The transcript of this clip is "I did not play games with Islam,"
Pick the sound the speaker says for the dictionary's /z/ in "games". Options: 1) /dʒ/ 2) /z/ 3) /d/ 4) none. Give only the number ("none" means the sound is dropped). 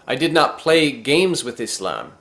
2